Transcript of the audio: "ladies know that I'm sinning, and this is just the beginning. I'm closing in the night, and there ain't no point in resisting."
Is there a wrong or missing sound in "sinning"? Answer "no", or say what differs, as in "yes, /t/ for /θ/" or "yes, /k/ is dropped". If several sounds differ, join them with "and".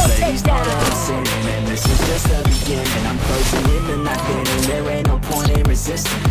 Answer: yes, /n/ is dropped